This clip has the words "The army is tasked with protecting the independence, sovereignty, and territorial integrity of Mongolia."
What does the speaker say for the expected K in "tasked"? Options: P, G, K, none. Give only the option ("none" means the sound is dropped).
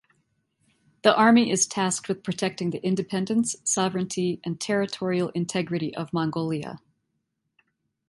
K